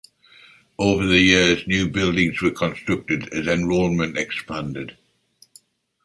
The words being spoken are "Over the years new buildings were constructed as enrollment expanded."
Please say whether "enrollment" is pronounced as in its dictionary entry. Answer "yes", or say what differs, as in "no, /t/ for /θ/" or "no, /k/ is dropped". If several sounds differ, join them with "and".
no, /n/ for /l/